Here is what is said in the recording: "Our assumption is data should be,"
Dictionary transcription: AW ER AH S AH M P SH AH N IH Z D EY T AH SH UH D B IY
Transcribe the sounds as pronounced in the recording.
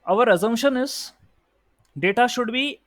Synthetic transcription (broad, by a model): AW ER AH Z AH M SH AH N IH Z D EY T AH SH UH D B IY